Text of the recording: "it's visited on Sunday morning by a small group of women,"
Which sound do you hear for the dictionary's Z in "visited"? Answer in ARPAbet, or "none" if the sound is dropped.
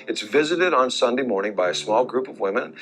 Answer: Z